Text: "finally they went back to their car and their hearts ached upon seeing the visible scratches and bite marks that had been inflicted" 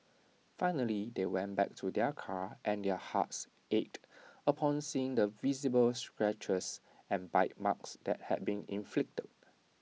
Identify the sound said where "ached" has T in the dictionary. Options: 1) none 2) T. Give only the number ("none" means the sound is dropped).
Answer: 2